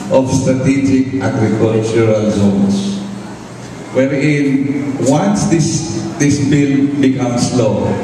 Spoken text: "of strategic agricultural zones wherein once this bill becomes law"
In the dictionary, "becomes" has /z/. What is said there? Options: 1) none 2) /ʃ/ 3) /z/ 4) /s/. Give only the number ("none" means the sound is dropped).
4